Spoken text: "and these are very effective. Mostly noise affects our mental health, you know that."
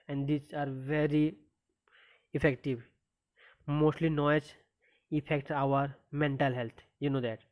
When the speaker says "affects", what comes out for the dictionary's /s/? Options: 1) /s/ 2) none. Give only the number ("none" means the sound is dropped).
2